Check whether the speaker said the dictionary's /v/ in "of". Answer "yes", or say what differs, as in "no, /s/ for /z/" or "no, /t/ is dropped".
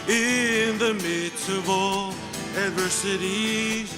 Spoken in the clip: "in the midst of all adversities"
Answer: yes